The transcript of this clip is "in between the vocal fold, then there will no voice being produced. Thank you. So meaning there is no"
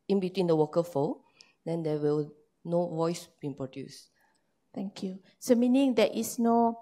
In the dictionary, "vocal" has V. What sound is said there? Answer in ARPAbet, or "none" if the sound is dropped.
W